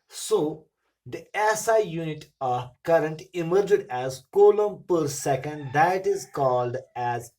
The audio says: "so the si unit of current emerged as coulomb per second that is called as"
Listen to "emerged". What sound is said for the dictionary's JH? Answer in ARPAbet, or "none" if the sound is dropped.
JH